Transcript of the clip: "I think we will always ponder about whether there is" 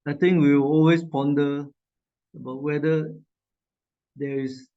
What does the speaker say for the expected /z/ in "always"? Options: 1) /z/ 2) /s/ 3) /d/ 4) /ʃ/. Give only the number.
2